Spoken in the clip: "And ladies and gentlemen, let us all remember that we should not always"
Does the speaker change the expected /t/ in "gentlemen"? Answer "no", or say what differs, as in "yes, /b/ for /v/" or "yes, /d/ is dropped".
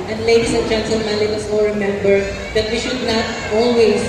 yes, /s/ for /t/